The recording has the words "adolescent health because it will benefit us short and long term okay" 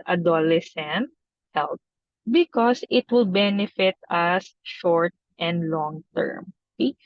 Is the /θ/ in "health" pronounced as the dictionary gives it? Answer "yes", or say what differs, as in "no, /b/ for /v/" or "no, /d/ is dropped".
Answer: no, /t/ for /θ/